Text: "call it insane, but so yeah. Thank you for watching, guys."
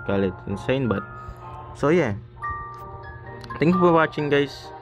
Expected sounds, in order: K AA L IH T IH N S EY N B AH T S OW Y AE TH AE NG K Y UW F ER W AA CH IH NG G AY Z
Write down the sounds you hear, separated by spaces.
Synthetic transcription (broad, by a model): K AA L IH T IH N S EY N B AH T S OW Y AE T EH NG K Y UW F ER W AA CH IH NG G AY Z